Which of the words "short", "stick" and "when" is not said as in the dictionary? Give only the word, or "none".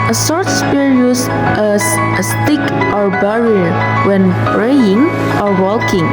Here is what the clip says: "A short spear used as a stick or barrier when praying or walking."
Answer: short